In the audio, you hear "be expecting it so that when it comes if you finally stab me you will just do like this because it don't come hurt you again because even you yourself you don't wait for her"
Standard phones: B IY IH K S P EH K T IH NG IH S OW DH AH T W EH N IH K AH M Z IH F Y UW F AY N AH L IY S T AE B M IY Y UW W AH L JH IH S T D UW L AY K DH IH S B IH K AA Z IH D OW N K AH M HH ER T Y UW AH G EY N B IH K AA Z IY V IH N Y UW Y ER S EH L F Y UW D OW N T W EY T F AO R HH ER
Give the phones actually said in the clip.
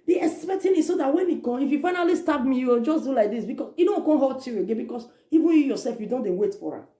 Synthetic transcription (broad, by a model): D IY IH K S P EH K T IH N IH S OW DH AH T W EH N IH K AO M IH F Y UW F AY N AH L IY S T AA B M IY Y UW W AH L JH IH S D UW L AY K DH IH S B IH K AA S IH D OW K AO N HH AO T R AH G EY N B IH K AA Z IY V IH N Y UW Y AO S EH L F Y UW D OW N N W EY T F AO R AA